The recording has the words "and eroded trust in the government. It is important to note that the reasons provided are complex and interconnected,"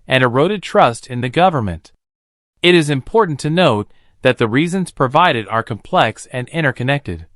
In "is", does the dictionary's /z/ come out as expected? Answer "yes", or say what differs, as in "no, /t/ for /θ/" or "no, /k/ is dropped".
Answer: yes